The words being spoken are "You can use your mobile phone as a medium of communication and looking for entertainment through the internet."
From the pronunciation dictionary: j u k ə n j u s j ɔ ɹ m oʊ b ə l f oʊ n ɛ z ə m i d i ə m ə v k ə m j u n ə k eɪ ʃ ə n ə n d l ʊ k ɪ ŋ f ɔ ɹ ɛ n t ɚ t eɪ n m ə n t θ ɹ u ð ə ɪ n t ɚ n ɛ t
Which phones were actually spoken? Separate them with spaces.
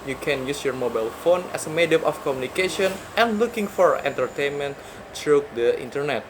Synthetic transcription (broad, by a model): j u k ə n j u s j ɔ ɹ m oʊ b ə l f oʊ n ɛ s ə m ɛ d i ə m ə f k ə m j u n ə k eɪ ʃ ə n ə n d l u k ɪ ŋ f ɔ ɹ ɛ n t ɚ t eɪ n m ə n t ɹ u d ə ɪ n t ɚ n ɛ t